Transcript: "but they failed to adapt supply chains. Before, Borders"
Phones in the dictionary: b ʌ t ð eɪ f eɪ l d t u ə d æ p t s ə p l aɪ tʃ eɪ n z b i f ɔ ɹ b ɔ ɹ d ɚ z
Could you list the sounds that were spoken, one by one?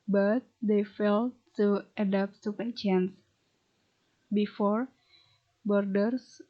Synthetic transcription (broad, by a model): b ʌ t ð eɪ f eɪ l t u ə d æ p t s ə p aɪ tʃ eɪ n s b i f ɔ ɹ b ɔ ɹ d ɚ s